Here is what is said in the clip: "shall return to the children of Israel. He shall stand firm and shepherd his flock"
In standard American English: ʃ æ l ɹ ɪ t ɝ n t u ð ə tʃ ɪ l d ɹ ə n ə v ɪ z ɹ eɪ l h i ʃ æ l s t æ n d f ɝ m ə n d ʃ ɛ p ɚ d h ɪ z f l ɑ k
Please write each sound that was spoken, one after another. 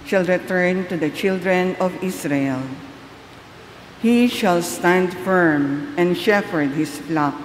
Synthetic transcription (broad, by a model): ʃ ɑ l ɹ ɪ t ɝ n t u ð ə tʃ ɪ l d ɹ ə n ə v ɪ s ɹ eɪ l h i ʃ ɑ l s t æ n d f ɝ m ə n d ʃ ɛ f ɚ d h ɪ s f l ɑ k